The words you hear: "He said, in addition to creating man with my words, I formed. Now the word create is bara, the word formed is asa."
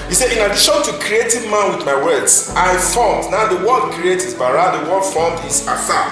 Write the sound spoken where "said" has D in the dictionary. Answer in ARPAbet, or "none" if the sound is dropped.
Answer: none